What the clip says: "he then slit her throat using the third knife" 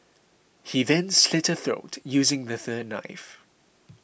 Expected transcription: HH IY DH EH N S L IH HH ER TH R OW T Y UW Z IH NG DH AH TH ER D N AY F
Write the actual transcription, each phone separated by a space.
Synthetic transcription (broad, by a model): HH IY DH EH N S L IH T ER TH R OW T Y UW Z IH NG DH AH TH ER D N AY F